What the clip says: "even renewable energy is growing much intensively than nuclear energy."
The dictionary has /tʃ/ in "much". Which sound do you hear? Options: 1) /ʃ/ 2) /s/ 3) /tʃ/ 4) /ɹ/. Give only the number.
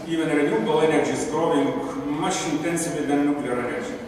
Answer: 1